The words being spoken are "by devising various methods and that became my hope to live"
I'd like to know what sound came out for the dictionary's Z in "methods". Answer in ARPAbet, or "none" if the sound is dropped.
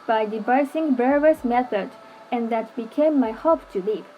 none